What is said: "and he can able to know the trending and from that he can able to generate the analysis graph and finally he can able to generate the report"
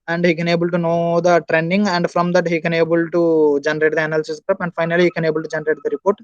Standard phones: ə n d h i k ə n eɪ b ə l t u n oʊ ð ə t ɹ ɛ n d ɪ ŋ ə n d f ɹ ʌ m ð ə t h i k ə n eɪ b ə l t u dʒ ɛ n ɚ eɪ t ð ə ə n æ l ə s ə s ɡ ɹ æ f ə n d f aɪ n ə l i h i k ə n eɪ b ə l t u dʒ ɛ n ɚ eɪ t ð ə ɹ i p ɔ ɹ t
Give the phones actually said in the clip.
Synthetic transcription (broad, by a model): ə n d h i k ə n eɪ b ə l t u n oʊ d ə t ɹ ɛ n d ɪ ŋ ə n d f ɹ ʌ m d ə t h i k ə n eɪ b ə l t u dʒ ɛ n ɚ eɪ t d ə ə n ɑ l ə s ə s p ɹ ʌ p ə n d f aɪ n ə l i h i k ə n eɪ b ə l t u dʒ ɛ n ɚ eɪ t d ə ɹ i p ɔ ɹ t